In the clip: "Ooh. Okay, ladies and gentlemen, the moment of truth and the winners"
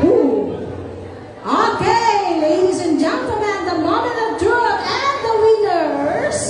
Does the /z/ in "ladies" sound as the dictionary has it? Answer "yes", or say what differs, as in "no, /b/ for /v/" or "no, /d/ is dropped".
yes